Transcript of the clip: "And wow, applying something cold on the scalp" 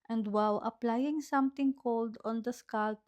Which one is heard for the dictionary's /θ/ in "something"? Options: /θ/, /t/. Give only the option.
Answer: /t/